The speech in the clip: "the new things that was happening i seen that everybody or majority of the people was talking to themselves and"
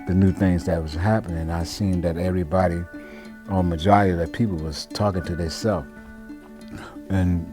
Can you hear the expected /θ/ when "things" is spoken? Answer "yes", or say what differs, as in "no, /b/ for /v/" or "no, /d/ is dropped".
yes